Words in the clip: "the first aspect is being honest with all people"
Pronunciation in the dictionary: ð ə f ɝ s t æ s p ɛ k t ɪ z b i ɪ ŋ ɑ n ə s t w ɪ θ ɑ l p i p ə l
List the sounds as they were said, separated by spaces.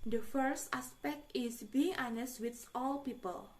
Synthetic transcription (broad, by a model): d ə f ɝ s t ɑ s p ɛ k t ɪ s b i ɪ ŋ ɑ n ə s t w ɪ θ ɑ l p i p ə l